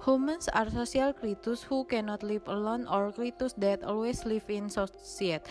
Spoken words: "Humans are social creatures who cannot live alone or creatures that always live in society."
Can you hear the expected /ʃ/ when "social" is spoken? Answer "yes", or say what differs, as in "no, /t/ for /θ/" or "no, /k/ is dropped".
no, /s/ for /ʃ/